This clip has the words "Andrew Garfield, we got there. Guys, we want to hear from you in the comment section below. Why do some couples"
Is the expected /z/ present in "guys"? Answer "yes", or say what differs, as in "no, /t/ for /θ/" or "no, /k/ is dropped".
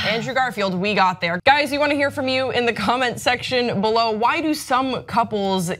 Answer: yes